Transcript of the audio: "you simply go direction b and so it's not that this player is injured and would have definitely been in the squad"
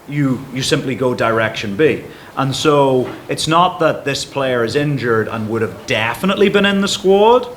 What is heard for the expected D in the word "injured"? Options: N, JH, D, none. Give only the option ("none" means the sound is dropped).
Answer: D